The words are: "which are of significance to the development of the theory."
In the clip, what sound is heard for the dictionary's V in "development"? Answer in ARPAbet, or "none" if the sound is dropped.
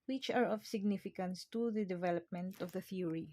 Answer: V